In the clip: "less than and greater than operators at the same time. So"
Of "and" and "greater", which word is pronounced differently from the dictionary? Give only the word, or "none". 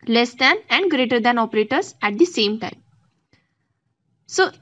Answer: none